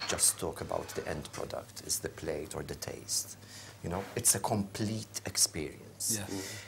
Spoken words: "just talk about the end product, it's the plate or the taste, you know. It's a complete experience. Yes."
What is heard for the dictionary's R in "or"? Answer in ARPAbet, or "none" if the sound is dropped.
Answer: R